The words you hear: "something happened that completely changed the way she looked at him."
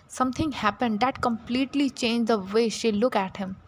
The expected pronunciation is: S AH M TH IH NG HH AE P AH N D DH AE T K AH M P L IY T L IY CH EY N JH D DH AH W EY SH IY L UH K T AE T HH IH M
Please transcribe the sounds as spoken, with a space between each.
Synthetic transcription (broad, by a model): S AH M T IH NG HH AE P AH N D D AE T K AH M P L IY T L IY CH EY N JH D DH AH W EY SH IY L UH K AE T HH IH M